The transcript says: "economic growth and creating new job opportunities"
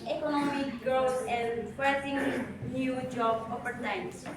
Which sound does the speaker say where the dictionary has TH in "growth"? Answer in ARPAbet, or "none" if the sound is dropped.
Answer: S